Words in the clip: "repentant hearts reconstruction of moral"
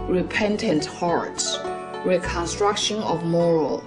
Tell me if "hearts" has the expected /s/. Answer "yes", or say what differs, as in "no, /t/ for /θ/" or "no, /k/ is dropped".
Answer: yes